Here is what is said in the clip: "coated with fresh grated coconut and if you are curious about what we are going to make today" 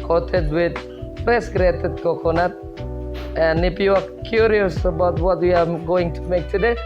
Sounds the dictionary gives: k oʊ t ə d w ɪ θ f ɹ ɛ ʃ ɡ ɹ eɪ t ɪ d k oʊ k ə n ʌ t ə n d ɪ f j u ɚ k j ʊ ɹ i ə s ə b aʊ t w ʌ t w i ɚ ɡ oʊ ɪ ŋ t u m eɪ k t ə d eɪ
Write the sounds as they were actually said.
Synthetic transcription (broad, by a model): k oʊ t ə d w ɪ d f ɹ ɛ s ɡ ɹ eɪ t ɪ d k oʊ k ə n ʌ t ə n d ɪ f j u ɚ k j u ɹ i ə s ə b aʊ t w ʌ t w i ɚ ɡ oʊ ɪ ŋ t u m eɪ k t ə d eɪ